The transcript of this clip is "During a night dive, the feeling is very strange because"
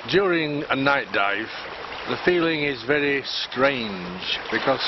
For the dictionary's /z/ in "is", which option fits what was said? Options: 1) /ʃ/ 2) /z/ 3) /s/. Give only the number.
2